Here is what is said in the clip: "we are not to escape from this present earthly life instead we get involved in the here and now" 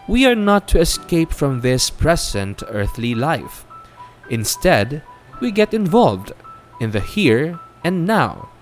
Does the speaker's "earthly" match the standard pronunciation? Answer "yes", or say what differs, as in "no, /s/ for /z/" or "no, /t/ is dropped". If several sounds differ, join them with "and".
yes